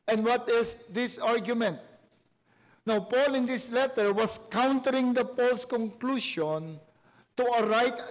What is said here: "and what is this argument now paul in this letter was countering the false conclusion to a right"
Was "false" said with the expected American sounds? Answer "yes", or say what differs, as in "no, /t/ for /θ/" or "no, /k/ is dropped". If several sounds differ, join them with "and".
no, /p/ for /f/